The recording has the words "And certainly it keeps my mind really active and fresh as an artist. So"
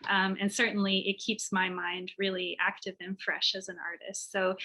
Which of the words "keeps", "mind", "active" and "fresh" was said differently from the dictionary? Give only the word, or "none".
none